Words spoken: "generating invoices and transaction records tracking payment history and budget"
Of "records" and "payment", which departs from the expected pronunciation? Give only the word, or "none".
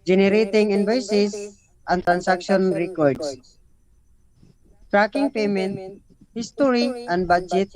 records